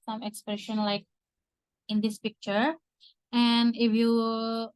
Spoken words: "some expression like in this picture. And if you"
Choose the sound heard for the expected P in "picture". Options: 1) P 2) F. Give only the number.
1